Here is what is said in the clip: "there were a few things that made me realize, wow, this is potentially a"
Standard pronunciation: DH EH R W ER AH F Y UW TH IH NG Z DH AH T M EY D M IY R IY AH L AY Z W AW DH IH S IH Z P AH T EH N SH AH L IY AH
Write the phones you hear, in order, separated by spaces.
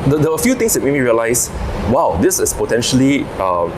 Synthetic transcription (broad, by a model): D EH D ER AH F Y UW T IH NG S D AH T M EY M IY R IY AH L AY S W AW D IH S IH S P AH T EH N SH AH L IY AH